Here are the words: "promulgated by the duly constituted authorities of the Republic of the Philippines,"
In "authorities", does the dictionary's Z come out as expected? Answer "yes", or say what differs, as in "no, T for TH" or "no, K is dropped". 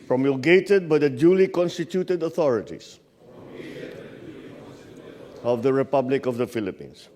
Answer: no, S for Z